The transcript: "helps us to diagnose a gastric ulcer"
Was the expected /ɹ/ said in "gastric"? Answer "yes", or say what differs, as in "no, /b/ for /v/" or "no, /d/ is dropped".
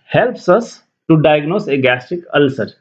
no, /ɹ/ is dropped